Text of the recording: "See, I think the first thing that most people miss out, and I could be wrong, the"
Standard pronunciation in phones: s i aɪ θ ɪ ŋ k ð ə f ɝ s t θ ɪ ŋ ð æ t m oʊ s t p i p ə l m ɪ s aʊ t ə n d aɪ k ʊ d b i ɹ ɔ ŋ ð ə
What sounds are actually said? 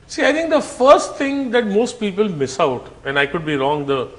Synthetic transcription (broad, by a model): s i aɪ t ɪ ŋ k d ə f ɝ s t t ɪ ŋ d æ t m oʊ s t p i p ə l m ɪ s aʊ t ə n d aɪ k ʊ d b i ɹ ɔ ŋ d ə